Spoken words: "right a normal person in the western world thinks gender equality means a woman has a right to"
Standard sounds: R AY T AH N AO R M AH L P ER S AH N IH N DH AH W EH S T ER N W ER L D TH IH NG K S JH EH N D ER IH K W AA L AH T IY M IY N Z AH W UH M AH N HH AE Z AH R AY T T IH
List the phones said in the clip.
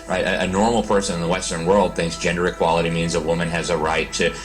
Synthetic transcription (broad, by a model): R AY T AH N AO R M L P ER S AH N IH N DH AH W EH S T ER N W ER L D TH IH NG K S JH EH N D ER IH K W AA L AH T IY M IY N Z AH W UH M AH N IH Z AH R AY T T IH